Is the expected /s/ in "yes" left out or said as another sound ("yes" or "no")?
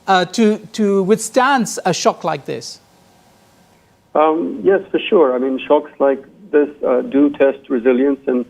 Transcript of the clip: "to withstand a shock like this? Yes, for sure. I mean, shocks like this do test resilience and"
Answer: no